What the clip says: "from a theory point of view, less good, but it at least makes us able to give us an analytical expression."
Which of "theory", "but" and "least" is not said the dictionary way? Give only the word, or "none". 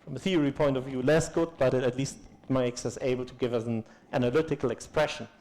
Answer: none